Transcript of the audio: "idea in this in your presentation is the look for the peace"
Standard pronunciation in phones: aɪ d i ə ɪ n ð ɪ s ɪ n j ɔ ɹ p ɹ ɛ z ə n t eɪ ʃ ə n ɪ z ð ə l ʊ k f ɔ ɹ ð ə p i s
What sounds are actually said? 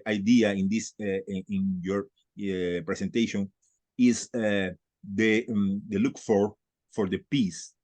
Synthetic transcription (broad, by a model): aɪ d i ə ɪ n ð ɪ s ɪ n j ɔ ɹ p ɹ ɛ s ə n t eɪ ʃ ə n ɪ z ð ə l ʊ k f ɔ ɹ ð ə p i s